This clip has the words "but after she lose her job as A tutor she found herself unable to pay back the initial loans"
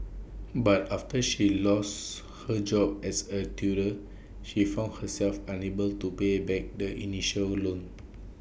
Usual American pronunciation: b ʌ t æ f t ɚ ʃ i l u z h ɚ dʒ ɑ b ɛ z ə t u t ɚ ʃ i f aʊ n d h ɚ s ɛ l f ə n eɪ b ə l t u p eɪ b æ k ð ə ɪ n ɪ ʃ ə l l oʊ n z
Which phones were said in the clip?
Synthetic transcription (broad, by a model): b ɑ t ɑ f t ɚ ʃ i l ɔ s h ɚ dʒ ɑ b ɛ s ə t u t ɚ ʃ i f aʊ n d h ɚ s ɛ l f ə n eɪ b ə l t u p eɪ b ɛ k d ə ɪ n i ʃ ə l l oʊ n